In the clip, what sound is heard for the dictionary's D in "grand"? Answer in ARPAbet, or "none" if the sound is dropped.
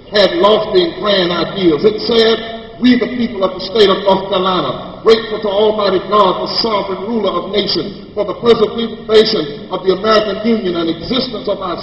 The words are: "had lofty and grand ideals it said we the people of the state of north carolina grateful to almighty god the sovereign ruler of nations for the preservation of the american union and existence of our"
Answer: none